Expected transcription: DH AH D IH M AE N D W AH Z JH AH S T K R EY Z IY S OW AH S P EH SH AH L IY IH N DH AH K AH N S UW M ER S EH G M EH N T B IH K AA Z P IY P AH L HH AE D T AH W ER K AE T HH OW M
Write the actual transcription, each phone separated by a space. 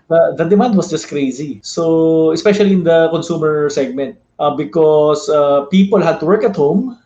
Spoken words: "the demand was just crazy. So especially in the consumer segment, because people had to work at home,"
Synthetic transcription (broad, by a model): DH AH D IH M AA N D W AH S JH AH S T K R EY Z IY S OW AH S P EH SH AH L IY IH N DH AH K AH N S UW M ER S EH G M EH N T B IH K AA S P IY P AH L HH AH D T AH W ER K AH T HH OW M